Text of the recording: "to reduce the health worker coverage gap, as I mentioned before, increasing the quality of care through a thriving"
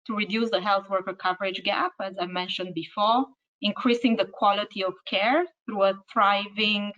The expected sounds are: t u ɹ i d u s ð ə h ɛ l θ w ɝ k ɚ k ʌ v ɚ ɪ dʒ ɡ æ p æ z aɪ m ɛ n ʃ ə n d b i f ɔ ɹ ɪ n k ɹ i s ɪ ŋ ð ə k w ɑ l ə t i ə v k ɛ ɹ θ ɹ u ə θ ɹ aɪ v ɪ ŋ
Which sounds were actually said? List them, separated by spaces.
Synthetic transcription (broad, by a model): t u ɹ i d u s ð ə h ɛ l θ w ɝ k ɚ k ʌ v ɚ ɪ dʒ ɡ æ p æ z aɪ m ɛ n ʃ ə n d b i f ɔ ɹ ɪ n k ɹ i s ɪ ŋ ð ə k w ɑ l ə t i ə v k ɛ ɹ θ ɹ u ə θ ɹ aɪ v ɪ ŋ